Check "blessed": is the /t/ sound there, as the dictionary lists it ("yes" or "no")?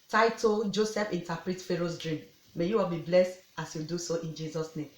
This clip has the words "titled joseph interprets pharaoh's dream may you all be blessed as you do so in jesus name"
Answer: yes